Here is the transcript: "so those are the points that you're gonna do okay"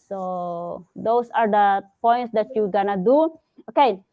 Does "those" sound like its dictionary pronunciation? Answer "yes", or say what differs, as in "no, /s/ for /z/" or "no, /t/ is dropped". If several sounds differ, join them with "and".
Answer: no, /s/ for /z/